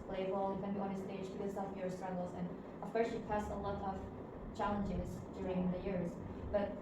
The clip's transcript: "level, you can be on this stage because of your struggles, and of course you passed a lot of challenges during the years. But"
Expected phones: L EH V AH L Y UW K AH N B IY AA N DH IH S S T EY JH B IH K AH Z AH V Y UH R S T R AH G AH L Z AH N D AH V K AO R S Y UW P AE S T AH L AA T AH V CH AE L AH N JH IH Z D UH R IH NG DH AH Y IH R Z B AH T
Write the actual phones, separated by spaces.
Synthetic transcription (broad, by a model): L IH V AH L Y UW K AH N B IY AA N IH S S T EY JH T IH AH S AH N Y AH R S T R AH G L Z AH N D AH V K AO R S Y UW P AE S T AH L AA T AH V CH AE L AH N JH IH Z D UH R IH NG DH AH Y IH R Z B AH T